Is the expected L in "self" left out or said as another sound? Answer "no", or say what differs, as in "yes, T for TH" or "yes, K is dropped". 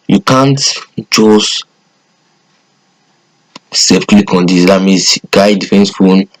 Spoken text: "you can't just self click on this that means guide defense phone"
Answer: yes, L is dropped